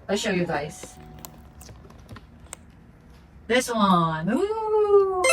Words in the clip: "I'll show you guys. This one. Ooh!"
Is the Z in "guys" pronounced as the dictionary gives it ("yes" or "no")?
no